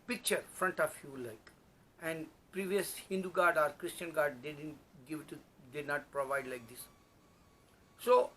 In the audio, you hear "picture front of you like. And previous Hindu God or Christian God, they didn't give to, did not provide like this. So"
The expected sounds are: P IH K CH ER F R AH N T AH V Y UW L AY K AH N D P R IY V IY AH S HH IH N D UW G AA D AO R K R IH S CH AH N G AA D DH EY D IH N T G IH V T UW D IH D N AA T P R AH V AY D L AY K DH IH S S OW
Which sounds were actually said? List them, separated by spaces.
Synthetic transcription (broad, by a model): P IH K CH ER F R AH N T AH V Y UW L AY K AH N D P R IY V IY AH S HH IH N D UW G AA D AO R K R IH S CH AH N G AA D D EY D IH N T G IH V T UW D IH D N AA T P R AH V AY D L AY K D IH S S OW